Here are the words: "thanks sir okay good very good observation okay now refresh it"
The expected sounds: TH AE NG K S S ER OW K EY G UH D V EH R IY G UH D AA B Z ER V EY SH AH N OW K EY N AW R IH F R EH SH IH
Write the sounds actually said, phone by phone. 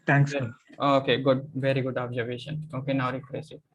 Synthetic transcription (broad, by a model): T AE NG K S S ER OW K EY G UH D V EH R IY G UH D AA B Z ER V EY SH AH N OW K EY N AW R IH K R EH S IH